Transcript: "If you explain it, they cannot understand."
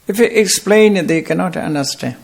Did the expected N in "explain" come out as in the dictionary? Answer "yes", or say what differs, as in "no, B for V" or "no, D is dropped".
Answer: yes